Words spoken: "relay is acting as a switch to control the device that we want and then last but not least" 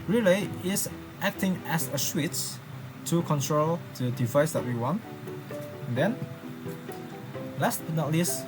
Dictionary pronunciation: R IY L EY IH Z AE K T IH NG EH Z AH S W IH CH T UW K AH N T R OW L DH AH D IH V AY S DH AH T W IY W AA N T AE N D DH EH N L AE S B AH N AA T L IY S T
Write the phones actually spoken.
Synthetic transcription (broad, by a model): R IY L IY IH S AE K T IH NG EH S AH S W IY S T UW K AH N T R OW L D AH D IH V AY S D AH T W IY W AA N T N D EH N L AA S N AA T L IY S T